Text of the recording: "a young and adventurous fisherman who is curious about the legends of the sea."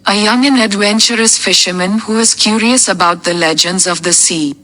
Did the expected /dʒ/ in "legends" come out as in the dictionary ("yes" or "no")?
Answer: yes